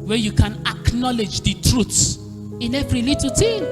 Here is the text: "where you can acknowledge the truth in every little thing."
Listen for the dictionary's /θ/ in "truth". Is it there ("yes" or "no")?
no